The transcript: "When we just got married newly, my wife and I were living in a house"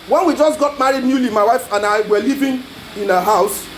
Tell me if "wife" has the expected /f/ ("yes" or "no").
yes